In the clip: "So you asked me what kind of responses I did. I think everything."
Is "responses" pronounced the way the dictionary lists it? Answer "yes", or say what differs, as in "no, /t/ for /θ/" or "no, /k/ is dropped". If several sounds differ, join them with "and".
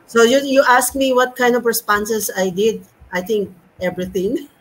no, /s/ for /z/